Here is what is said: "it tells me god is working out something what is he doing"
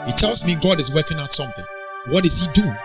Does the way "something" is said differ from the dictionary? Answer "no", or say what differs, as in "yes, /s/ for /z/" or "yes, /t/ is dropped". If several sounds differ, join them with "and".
no